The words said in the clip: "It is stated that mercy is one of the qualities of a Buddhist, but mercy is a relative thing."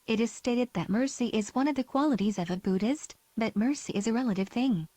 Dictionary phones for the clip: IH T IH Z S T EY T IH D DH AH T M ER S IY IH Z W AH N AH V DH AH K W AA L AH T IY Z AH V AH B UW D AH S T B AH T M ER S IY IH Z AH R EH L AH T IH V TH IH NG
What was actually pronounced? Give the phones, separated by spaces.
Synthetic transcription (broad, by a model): IH T IH Z S T EY T IH D DH AH T M ER S IY IH Z W AH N AH V DH AH K W AA L AH T IY Z AH V AH B UW D AH S T B AH T M ER S IY IH Z AH R EH L AH T IH V TH IH NG